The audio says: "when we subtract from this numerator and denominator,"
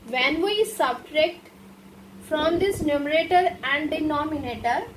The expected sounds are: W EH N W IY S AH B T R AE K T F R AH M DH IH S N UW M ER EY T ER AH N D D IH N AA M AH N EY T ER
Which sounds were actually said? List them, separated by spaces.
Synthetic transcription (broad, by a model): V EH N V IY S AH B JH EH K T F R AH M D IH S N UW M ER EY T ER AH N D D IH N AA M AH N EY T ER